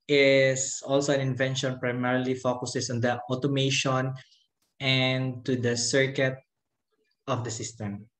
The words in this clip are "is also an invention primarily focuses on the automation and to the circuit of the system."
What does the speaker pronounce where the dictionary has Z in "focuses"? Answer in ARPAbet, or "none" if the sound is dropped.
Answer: S